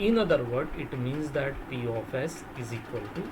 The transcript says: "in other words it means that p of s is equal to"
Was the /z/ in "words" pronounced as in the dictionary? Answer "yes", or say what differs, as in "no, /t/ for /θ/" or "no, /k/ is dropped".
no, /z/ is dropped